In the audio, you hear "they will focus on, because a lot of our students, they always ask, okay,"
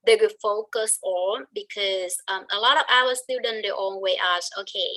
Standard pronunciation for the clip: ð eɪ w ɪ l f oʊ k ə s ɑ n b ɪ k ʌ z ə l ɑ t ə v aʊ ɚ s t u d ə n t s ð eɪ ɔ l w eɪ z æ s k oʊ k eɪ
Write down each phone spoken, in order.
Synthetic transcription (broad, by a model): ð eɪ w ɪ f oʊ k ə s ɑ n b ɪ k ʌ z ə l ɑ t ə v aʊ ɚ s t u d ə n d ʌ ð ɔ n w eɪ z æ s oʊ k eɪ